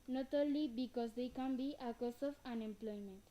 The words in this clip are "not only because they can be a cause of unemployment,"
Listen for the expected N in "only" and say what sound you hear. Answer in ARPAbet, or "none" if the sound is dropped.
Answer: none